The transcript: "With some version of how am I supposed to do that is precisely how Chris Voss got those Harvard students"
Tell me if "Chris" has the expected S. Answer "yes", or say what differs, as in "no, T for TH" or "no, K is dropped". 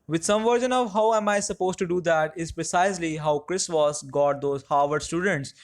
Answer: yes